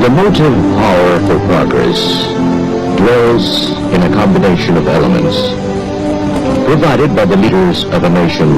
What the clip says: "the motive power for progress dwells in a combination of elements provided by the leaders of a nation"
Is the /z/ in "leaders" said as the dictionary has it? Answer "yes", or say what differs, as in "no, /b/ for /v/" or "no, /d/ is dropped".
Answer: yes